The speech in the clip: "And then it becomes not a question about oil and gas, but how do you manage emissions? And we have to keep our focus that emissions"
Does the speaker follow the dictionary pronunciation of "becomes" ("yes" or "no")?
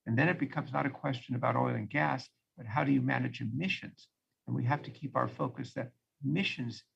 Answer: yes